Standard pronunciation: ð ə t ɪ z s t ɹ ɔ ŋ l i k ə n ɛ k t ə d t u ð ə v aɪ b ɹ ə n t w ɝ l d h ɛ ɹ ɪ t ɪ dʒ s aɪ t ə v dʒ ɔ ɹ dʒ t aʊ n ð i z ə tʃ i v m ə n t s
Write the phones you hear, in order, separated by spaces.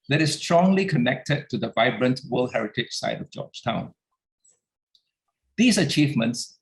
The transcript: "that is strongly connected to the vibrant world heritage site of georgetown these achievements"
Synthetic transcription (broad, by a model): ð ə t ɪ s s t ɹ ɔ ŋ l i k ə n ɛ k t ə d t u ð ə v aɪ b ɹ ə n t w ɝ l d h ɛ ɹ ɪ t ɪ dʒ s aɪ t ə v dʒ ɔ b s t aʊ n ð i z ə tʃ i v m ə n t s